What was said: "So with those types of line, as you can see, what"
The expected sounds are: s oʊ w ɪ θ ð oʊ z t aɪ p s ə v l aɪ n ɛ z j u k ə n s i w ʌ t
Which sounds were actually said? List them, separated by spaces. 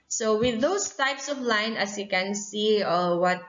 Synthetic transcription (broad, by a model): s oʊ w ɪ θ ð oʊ s t aɪ p s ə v l aɪ n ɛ s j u k ə n s i w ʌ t